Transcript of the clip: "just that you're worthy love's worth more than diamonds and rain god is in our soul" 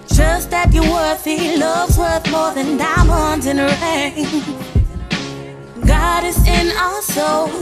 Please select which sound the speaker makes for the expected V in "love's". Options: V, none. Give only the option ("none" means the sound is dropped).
V